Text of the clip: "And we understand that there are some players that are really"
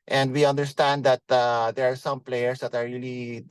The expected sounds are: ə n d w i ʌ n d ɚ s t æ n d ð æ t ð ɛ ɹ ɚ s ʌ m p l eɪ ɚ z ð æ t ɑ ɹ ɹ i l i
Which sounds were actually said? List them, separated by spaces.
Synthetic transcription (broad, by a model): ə n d w i ʌ n d ɚ s t æ n d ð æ t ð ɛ ɹ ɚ s ʌ m p l eɪ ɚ s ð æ t ɑ ɹ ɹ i l i